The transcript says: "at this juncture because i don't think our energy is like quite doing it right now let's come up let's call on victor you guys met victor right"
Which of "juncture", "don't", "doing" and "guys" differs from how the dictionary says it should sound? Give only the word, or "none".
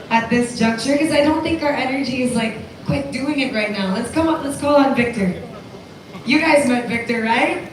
none